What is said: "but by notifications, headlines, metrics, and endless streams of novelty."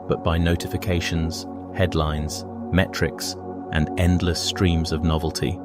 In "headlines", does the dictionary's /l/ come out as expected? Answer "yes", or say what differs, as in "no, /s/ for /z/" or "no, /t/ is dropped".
yes